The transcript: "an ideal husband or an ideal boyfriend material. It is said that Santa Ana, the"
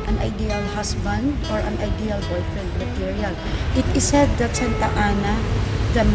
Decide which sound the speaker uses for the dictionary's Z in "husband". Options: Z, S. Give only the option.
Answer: S